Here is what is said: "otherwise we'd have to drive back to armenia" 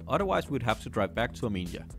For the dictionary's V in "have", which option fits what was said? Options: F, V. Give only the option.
F